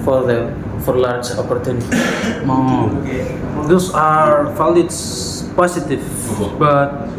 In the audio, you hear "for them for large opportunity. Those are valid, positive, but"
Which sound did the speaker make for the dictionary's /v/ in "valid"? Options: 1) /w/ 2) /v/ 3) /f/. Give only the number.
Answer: 3